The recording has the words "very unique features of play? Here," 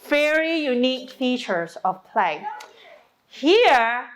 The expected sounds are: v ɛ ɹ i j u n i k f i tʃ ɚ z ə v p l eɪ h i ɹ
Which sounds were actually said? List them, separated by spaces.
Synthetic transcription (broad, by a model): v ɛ ɹ i j u n i k f i tʃ ɚ s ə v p l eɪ h i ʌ